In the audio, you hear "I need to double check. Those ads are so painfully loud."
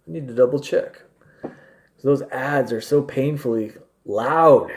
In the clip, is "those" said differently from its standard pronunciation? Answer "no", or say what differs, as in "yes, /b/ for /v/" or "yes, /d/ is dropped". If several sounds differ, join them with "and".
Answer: no